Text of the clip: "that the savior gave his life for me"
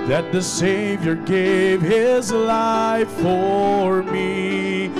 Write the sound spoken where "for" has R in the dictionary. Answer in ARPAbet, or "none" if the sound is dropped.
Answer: R